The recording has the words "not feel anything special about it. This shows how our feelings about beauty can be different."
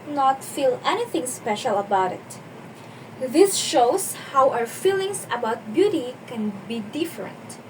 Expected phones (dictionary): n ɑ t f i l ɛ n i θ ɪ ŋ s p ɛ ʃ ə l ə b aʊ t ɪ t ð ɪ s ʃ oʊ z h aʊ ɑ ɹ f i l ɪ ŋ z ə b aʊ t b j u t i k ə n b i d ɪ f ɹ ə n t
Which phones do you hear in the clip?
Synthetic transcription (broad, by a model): n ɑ t f i l ɛ n i θ ɪ ŋ s p ɛ ʃ ə l ə b aʊ t ɪ t ð ɪ s ʃ oʊ s h aʊ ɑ w f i l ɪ ŋ s ə b aʊ t b j u t i k ə n b i d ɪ f ɹ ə n t